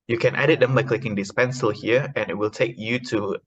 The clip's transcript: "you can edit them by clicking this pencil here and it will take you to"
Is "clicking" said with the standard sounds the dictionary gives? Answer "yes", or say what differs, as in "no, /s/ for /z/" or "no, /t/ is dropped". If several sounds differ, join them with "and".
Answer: yes